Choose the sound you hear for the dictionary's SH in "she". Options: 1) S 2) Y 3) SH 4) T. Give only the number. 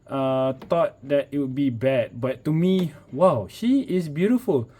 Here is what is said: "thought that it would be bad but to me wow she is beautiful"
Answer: 3